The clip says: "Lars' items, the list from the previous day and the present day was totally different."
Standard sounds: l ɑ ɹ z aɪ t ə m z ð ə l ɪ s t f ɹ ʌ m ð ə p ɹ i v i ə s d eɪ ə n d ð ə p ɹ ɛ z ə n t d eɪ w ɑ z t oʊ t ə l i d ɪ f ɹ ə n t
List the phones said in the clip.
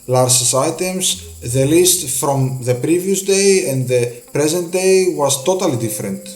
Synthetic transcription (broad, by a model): l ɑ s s aɪ t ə m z ð ə l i s t f ɹ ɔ m ð ə p ɹ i v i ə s d eɪ ə n d ð ə p ɹ ɛ z ə n t d eɪ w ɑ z t oʊ t ə l i d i f ɹ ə n t